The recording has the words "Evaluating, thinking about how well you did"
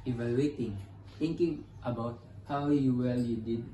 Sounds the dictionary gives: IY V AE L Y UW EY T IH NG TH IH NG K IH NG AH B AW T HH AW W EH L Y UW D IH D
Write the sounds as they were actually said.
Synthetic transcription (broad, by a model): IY V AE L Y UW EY T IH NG T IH NG K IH NG AH B AW T HH AW W EH L Y UW D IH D